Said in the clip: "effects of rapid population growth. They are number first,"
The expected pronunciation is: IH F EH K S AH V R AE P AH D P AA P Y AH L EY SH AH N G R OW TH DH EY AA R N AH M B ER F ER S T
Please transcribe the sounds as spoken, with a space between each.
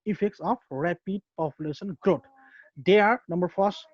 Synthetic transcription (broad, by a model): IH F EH K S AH P R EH P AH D P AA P Y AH L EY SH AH N G R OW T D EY AA R N AH M B ER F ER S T